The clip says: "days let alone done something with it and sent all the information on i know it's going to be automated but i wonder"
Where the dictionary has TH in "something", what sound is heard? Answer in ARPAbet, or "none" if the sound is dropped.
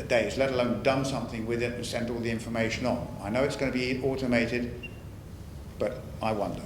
TH